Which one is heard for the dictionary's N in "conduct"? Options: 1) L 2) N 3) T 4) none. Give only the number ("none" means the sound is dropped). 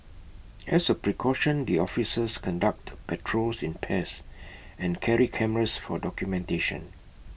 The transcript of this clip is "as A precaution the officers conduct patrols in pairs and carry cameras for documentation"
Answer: 2